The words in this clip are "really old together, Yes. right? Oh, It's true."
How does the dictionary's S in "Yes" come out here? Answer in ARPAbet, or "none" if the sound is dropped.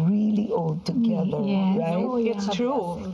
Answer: none